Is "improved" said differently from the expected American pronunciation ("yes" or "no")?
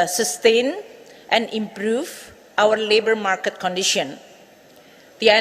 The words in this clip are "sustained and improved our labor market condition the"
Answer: yes